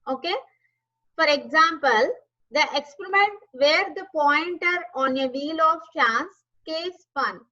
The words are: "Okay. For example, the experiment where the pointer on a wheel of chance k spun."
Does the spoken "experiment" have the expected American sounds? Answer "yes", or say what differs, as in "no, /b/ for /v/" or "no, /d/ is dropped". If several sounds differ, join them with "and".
yes